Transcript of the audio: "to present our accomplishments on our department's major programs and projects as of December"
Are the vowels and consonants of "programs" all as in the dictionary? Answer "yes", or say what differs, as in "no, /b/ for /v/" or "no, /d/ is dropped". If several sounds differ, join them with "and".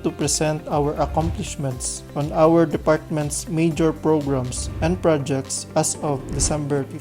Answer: no, /s/ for /z/